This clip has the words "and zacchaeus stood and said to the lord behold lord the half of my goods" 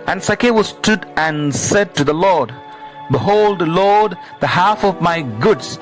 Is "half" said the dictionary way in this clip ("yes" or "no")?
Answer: yes